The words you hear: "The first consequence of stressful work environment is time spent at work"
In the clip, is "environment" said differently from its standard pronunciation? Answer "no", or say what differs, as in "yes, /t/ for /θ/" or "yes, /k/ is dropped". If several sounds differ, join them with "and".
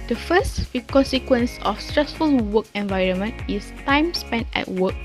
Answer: no